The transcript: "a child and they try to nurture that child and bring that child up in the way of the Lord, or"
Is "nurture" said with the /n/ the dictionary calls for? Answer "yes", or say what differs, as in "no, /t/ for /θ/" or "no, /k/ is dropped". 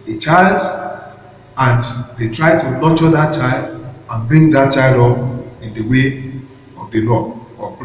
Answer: no, /l/ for /n/